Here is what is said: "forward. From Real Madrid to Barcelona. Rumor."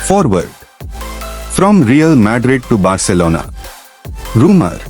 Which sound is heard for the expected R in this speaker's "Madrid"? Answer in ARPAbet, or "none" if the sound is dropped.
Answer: R